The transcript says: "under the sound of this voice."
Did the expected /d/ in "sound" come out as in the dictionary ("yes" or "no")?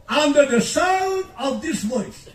no